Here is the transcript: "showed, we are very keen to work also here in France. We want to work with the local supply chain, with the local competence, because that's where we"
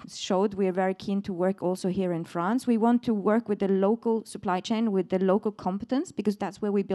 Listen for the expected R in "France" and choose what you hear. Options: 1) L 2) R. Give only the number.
2